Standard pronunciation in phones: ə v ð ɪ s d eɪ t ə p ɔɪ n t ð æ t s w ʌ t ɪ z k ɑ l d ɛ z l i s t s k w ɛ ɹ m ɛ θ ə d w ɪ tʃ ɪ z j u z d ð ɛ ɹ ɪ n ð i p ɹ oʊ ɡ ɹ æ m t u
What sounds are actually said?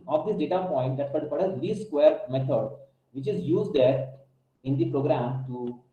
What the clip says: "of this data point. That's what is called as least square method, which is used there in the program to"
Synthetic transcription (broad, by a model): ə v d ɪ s d eɪ t ə p ɔɪ n t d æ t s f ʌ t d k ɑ d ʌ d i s s k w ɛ ɹ m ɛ t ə d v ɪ tʃ ɪ z j u z d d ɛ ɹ ɪ n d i p ɹ oʊ ɡ ɹ æ m t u